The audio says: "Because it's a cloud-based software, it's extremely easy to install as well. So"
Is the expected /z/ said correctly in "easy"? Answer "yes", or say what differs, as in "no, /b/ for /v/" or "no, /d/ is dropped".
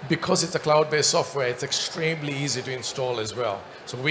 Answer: yes